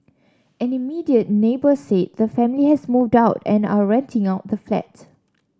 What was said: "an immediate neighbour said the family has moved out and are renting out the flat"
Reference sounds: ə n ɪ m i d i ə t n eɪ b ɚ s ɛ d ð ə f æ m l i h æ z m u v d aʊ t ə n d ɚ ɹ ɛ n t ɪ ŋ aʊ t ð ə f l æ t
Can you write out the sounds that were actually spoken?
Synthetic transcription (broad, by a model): ə n ɪ m i d i ə t n eɪ b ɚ s ɛ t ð ə f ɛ m l i h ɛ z m u v d aʊ t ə n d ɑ ɹ ɛ n t ɪ ŋ aʊ t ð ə f l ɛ t